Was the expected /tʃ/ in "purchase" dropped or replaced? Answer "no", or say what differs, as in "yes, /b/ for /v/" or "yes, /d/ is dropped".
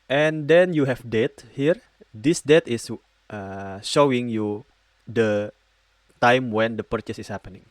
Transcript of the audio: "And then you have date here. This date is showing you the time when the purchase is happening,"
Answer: no